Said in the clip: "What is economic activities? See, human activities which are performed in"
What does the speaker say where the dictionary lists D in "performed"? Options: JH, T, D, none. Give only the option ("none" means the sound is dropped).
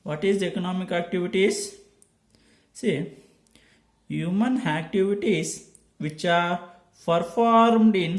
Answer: D